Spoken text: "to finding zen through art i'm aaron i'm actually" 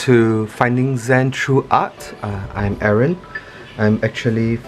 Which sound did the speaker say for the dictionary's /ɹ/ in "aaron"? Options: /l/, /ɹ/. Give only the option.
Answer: /ɹ/